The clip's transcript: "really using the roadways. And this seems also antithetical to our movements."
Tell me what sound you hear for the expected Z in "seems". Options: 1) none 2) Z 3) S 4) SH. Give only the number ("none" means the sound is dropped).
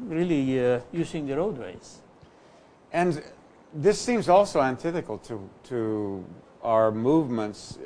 2